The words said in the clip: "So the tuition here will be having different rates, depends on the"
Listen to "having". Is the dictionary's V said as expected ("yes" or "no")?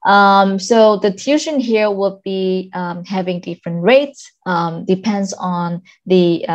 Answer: yes